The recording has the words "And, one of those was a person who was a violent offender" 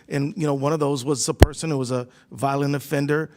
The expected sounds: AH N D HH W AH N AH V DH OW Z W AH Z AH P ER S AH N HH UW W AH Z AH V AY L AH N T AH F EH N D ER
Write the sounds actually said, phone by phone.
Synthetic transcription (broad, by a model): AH N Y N W AH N AH V DH OW Z W AH Z AH P ER S AH N HH UW W AH Z AH V AY L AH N AH F EH N D ER